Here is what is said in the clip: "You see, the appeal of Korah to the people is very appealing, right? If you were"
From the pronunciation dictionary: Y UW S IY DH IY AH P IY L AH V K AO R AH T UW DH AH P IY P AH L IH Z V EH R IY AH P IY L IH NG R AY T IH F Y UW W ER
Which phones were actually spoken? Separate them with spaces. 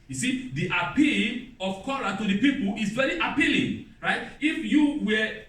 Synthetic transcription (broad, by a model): Y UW S IY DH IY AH P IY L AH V K AO L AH T UW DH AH P IY P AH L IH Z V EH R IY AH P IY L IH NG R AY T IH F Y UW W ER